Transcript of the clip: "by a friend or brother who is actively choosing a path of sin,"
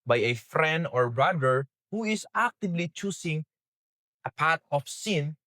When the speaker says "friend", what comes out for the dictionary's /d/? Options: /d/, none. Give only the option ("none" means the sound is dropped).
/d/